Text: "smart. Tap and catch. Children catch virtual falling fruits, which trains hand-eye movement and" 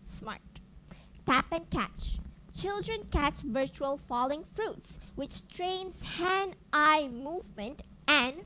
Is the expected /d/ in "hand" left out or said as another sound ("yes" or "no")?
yes